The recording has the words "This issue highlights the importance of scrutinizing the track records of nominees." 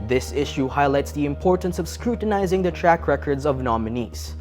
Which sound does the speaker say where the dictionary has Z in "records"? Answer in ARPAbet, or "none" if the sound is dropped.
Z